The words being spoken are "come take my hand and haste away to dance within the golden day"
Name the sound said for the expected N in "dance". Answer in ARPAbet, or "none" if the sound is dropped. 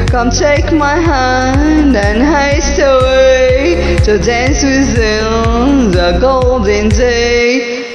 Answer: N